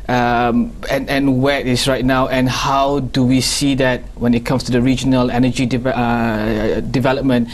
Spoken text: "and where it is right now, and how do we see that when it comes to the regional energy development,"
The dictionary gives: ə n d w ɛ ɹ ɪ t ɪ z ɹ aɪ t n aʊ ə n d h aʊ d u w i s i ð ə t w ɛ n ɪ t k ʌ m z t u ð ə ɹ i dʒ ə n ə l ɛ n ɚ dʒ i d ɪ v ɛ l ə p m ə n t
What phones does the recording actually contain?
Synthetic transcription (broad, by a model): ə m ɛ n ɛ w ɪ t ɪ s ɹ aɪ t n aʊ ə n h aʊ d u w i s i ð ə t w ɛ n ɪ t k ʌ m s t u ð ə ɹ i dʒ ə n ə l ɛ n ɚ dʒ i d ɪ v ɛ l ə p m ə n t